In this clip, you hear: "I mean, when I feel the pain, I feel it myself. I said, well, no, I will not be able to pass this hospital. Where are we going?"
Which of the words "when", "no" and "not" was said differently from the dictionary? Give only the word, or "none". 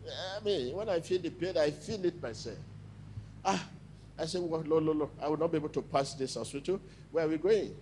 no